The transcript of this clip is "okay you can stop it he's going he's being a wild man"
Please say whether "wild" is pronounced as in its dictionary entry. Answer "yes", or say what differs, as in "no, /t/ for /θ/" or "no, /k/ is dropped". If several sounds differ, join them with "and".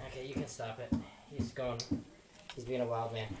yes